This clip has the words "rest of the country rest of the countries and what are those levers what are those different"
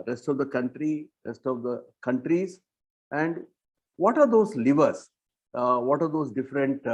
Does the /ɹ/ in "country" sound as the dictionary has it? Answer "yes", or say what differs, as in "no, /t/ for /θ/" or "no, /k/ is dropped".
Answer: yes